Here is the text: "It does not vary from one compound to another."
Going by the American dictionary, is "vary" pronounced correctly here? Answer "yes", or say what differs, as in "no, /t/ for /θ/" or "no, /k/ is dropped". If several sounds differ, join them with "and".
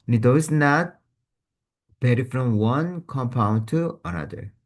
no, /b/ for /v/